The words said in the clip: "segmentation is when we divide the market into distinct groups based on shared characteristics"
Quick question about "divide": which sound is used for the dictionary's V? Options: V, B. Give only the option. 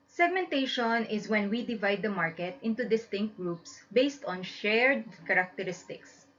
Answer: V